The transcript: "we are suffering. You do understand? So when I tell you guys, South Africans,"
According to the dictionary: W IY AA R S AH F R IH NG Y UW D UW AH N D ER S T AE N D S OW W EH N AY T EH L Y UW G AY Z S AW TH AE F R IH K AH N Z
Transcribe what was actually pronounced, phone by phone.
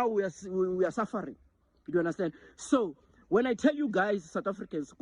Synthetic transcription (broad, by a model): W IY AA W S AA F R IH NG Y UW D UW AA N D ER S T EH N D S OW W EH N AY T EH L Y UW G AY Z S AW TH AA F R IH K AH N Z